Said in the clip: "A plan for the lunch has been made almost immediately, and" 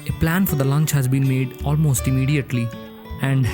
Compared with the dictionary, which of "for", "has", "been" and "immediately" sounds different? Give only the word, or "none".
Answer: none